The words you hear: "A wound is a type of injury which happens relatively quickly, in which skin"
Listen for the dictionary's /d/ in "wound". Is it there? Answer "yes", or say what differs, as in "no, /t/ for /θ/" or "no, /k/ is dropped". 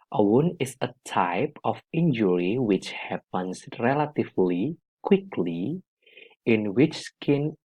no, /d/ is dropped